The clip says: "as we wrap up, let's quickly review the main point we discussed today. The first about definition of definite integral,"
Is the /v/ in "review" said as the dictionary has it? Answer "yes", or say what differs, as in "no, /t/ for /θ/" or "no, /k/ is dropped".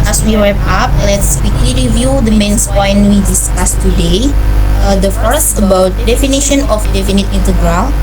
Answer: yes